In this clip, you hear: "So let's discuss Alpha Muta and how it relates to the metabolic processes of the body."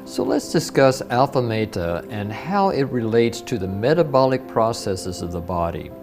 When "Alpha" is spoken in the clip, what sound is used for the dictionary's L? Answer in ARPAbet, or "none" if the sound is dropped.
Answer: L